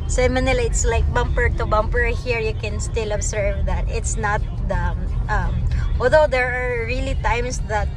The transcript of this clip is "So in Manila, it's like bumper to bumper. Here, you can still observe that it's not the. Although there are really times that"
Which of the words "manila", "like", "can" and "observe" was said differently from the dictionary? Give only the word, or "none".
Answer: observe